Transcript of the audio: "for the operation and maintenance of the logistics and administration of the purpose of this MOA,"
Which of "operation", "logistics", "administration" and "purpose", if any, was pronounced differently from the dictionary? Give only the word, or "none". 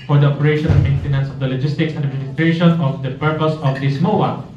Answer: administration